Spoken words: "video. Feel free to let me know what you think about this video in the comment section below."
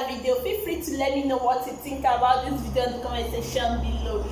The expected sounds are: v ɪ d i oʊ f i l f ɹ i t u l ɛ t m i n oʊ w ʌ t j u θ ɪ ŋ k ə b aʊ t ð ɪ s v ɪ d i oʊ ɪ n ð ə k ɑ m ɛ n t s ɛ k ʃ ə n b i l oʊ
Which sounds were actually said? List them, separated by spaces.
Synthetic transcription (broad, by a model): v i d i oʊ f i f ɹ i t u l ɛ t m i n oʊ w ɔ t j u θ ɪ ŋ k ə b aʊ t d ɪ v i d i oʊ ɪ n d k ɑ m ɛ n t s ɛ ʃ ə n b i l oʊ